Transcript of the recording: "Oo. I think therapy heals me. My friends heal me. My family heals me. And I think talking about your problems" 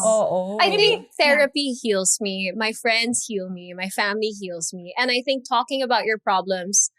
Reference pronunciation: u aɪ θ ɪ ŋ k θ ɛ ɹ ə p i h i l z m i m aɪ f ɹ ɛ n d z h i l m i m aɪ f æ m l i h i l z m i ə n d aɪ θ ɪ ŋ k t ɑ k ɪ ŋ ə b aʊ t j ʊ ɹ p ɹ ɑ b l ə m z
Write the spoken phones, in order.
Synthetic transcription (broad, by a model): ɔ aɪ θ ɪ ŋ k θ ɛ ɹ ə p i h i l z m i m aɪ f ɹ ɛ n d z h i l m i m aɪ f æ m l i h i l z m i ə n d aɪ θ ɪ ŋ k t ɑ k ɪ ŋ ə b aʊ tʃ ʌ ɹ p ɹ ɑ b l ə m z